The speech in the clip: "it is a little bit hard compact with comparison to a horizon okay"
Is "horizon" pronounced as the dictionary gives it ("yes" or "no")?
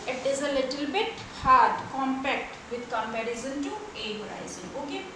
no